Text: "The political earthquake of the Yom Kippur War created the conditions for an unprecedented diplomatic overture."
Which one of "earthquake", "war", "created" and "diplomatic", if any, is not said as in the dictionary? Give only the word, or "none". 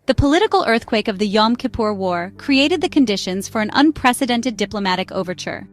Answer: none